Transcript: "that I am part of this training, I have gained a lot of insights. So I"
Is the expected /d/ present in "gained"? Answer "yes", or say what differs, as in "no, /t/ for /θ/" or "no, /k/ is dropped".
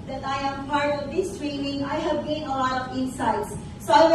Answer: no, /d/ is dropped